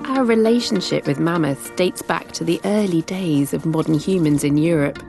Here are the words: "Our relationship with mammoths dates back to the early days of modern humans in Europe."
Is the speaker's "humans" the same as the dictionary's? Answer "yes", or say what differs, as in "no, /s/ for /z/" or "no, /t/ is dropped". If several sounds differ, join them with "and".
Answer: yes